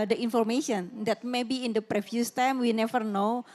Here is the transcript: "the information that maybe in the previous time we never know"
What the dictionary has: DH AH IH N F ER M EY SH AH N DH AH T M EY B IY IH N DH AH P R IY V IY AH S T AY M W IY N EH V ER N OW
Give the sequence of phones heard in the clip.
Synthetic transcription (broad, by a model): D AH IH N F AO M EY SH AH N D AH T M EY B IY IH N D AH P R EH F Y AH S T AY M W IY N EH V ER N OW